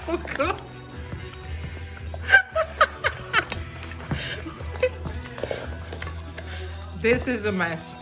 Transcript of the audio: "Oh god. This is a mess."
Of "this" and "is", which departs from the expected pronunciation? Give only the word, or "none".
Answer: none